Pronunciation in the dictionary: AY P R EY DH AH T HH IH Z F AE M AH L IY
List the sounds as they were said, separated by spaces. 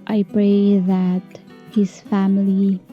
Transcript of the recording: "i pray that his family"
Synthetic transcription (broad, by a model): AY B R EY DH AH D HH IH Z F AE M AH L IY